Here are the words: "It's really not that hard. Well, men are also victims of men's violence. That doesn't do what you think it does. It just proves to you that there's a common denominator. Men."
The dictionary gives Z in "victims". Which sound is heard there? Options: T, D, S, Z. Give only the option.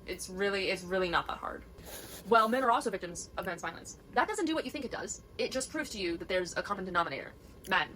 Z